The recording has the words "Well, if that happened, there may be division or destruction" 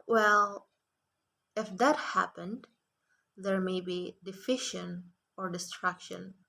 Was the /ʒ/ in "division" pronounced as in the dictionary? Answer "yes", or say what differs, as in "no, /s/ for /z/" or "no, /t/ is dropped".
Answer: no, /ʃ/ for /ʒ/